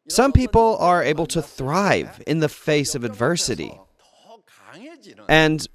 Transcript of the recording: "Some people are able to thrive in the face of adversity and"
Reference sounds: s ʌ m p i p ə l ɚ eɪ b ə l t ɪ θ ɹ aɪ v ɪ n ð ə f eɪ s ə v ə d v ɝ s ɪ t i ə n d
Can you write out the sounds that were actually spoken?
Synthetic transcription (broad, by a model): s ʌ m p i p l ɚ eɪ b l t ɪ θ ɹ aɪ v ɪ n ð ə f eɪ s ə v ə d v ɝ s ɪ t i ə n